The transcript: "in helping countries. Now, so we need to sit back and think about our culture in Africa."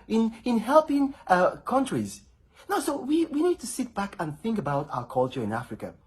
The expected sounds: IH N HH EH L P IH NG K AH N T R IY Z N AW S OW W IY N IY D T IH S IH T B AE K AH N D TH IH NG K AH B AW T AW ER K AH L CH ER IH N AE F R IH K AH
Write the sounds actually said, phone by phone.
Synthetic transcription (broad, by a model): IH N HH EH L P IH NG K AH N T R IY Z N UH S OW W IY N IY D T IH S IH T B AE K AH N TH IH NG K AH B AW T AW ER K AH L CH ER IH N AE F R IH K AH